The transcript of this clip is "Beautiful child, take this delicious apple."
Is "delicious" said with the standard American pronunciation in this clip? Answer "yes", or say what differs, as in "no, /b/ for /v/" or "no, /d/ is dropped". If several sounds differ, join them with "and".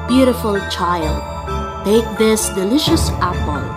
yes